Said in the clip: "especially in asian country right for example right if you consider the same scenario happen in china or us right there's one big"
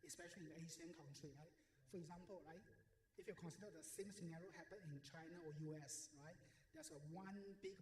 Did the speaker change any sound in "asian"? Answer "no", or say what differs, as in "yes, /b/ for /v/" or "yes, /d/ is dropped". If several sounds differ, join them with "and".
yes, /s/ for /ʒ/